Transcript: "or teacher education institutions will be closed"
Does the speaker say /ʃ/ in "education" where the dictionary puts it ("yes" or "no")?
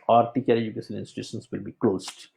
no